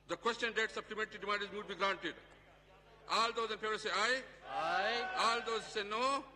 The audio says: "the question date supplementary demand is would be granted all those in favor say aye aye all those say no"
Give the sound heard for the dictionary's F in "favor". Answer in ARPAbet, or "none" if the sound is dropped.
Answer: P